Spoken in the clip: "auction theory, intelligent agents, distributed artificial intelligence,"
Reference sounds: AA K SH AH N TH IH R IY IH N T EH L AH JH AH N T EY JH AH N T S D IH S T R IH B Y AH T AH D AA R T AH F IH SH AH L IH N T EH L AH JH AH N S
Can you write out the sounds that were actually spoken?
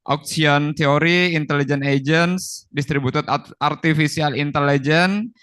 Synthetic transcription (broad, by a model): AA K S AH N T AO R IY N T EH L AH JH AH N EY JH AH N S D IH S T R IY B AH T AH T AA R T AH F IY S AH L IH N T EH L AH JH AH N